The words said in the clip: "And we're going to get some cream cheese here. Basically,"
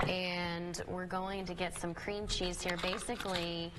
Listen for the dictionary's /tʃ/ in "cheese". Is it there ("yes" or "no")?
yes